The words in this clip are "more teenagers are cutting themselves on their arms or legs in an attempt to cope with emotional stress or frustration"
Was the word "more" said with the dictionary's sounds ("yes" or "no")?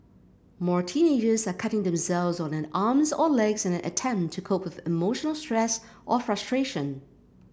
yes